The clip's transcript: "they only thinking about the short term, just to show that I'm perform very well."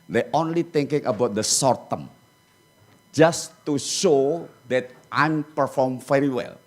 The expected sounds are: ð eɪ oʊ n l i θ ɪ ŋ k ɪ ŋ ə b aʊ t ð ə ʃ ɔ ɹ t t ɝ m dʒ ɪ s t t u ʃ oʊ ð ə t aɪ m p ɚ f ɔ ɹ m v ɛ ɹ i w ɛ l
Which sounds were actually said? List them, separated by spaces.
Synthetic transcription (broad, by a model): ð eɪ oʊ n l i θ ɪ ŋ k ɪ ŋ ə b aʊ t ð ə s ɔ ɹ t t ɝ m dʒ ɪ s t t u ʃ oʊ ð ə t aɪ m p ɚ f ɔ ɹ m f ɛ ɹ i w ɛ l